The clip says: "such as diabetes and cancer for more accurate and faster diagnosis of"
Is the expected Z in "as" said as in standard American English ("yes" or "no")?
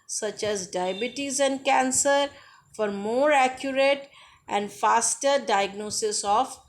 yes